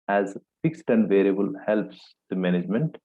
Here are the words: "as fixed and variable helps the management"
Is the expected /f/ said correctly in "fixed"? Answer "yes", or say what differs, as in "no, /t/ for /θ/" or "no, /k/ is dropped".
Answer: yes